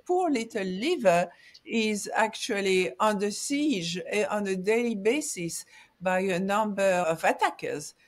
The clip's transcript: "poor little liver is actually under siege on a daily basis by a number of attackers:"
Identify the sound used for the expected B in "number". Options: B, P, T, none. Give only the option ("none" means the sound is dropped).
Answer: B